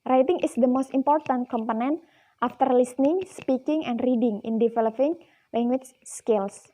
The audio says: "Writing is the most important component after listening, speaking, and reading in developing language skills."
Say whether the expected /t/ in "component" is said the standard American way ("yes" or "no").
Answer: yes